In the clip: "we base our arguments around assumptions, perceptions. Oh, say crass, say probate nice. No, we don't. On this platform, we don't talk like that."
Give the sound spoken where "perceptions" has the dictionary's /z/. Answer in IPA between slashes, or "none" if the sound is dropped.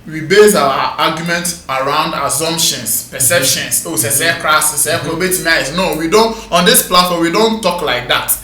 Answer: /s/